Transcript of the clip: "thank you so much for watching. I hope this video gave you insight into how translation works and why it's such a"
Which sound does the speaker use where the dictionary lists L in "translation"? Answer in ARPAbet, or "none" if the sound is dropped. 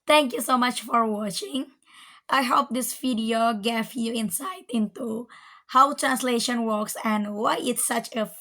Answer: L